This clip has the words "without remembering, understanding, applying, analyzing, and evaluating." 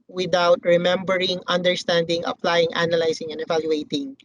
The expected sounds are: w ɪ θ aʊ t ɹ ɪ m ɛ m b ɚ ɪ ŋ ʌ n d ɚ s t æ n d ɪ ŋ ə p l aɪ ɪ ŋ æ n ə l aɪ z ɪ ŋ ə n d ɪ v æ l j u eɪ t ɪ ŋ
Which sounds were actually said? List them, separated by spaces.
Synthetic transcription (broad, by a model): w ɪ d aʊ t ɹ ɪ m ɛ m b ɚ ɪ ŋ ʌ n d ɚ s t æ n d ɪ ŋ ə p l aɪ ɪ ŋ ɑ n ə l aɪ s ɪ ŋ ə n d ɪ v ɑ l j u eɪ t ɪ ŋ